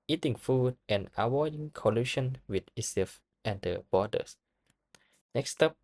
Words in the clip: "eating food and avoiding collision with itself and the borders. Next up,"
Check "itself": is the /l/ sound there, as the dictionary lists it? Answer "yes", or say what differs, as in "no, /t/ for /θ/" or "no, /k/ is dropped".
no, /l/ is dropped